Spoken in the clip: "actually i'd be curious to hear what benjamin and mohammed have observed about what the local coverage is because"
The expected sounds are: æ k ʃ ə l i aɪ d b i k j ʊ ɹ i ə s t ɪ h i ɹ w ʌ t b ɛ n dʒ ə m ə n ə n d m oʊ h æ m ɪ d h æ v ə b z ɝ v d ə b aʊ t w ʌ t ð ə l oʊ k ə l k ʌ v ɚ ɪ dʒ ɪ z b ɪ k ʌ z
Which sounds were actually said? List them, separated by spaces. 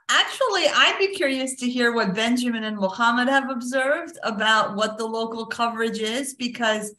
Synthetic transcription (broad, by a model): æ k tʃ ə l i aɪ d b i k j ʊ ɹ i ə s t ɪ h i ɹ w ʌ t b ɛ n dʒ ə m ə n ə n m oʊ h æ m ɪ d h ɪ v ə b z ɝ v d ə b aʊ t w ʌ t ð ə l oʊ k l k ʌ v ɚ ɪ dʒ ɪ z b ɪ k ʌ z